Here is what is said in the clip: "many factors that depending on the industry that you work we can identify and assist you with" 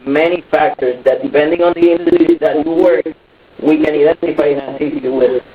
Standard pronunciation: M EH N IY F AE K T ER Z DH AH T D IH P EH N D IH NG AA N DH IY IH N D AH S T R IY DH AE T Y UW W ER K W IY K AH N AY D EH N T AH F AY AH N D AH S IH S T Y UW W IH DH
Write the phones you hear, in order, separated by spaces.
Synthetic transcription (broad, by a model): M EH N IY F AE K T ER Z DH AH T D IH P EH N D IH NG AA N DH IY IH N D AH T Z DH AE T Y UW W ER K W IY K AH N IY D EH N T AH F AY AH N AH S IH T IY W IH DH